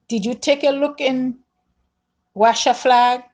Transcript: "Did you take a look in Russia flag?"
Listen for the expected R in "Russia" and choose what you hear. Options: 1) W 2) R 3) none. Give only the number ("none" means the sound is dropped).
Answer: 1